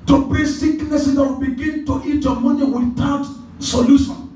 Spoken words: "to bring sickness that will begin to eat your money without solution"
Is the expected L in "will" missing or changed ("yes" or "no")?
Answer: yes